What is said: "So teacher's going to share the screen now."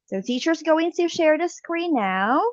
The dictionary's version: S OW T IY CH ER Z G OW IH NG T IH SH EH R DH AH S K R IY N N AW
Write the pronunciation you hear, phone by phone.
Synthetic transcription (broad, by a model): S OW T IY CH ER Z G OW IH NG T IH SH EH R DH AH S K R IY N N AW